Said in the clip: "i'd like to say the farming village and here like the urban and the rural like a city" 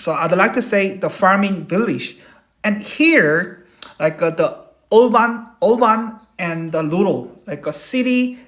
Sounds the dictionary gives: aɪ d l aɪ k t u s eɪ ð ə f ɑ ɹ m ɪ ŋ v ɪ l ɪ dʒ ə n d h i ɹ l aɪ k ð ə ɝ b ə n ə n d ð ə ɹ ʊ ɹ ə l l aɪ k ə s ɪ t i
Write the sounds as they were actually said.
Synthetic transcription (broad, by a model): aɪ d l aɪ k t u s eɪ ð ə f ɑ ɹ m ɪ ŋ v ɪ l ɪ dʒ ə n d h i ɹ l aɪ k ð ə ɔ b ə n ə n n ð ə l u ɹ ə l l aɪ k ə s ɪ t i